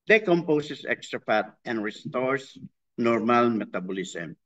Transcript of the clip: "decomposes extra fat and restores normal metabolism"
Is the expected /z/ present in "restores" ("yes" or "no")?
no